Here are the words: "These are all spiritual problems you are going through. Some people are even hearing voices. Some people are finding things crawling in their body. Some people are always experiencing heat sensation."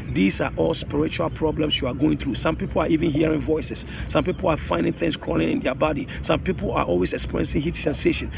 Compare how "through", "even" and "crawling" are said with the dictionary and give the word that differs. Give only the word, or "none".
crawling